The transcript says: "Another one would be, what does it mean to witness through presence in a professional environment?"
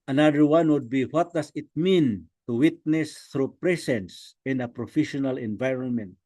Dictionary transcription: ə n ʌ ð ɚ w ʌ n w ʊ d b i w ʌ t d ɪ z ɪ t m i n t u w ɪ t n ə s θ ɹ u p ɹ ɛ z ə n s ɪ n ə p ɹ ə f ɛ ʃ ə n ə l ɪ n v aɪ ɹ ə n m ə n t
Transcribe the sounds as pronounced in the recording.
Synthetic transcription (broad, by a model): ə n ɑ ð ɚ w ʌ n w ʊ d b i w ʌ t d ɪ s ɪ t m i n t u w ɪ t n ə s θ ɹ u p ɹ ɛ s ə n s ɪ n ə p ɹ ə f ɛ ʃ ə n ə l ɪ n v aɪ ɹ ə n m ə n t